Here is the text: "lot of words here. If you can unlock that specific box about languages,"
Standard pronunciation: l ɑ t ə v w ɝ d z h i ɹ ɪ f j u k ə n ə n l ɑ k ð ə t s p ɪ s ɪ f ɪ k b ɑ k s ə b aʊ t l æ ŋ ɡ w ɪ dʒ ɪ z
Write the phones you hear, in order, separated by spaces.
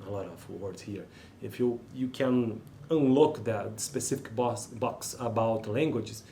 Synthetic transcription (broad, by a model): l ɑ t ə v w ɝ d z h i ɹ ɪ f j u k ə n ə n l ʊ k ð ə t s p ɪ s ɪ f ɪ k b ɑ k s ə b aʊ t l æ ŋ ɡ w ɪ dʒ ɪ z